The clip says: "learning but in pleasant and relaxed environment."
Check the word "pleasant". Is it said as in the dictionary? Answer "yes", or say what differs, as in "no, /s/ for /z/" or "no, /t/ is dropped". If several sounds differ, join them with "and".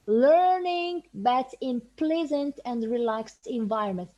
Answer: yes